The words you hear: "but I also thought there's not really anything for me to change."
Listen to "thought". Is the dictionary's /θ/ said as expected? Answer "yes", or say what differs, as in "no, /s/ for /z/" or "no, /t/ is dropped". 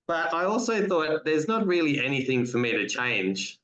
yes